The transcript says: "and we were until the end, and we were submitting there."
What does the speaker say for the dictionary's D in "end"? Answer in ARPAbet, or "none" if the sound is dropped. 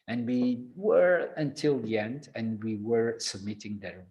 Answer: D